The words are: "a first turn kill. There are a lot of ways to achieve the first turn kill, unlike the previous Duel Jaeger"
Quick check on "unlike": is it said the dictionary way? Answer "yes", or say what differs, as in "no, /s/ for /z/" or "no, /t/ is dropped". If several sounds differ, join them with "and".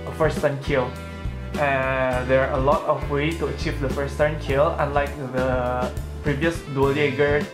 yes